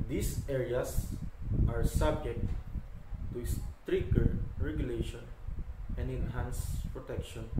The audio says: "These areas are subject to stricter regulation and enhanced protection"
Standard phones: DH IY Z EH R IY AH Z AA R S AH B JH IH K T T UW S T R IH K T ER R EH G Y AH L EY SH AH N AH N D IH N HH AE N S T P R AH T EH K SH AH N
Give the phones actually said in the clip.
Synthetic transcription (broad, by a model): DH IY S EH R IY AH S AA R S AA B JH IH K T T UW S T R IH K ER R EH G Y AH L EY SH AH N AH N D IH N HH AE N S P R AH T EH K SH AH N